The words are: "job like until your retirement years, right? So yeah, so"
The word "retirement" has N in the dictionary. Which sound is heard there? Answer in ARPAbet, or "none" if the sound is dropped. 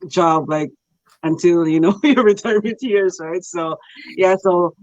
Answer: none